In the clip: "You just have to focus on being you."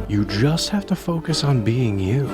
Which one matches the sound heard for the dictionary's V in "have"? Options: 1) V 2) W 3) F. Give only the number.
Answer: 3